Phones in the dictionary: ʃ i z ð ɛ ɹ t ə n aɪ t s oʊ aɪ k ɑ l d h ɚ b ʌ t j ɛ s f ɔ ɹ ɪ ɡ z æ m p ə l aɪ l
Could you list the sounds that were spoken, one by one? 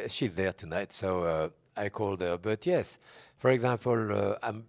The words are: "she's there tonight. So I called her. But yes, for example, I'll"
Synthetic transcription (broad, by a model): ʃ i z ð ɛ ɹ t ə n aɪ t s oʊ aɪ k ɑ l d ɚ b ʌ t j ɛ s f ɔ ɹ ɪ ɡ z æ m p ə l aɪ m